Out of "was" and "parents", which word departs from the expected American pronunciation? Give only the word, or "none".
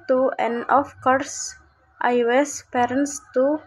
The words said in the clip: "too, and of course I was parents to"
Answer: was